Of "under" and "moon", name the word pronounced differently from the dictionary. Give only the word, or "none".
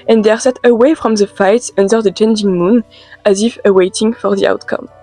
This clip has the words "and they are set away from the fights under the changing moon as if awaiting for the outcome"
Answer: none